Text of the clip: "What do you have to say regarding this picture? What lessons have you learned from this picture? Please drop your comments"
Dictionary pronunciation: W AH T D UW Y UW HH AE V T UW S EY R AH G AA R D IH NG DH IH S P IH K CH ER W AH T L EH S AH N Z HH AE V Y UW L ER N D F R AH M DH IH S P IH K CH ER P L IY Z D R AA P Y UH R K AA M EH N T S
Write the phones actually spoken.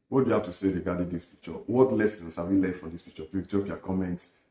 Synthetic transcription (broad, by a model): W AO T D UW Y UW HH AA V T UW S EY R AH G AA D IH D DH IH S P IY K CH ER W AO T L EH S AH N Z HH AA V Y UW L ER D F R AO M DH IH S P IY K CH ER P L IY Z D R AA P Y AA K AA M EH N T S